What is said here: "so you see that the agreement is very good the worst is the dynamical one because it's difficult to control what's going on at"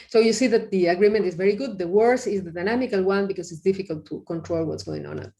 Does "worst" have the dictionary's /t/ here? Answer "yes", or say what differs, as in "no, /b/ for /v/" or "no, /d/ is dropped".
no, /t/ is dropped